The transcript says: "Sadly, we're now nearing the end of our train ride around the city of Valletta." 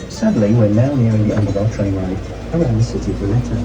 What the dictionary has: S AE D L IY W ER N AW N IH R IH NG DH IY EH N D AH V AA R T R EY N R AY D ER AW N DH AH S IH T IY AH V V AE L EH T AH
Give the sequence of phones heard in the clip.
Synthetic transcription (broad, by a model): S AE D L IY W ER N AW N IH R IH NG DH IY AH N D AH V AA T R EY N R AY ER AW N DH AH S IH T IY AH V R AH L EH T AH